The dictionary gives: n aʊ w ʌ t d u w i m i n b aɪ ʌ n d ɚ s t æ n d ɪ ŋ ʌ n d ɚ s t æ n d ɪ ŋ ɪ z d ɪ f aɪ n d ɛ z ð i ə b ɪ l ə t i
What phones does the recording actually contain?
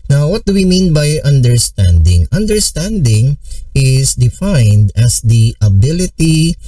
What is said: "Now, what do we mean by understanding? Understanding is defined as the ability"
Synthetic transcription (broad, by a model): n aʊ w ʌ t d u w i m i n b aɪ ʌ n d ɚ s t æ n d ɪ ŋ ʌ n d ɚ s t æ n d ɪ ŋ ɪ s d ɪ f aɪ n d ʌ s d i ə b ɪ l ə t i